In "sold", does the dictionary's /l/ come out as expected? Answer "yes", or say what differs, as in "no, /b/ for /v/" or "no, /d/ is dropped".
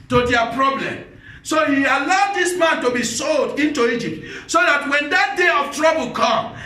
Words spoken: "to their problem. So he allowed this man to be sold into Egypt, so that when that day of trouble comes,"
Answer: yes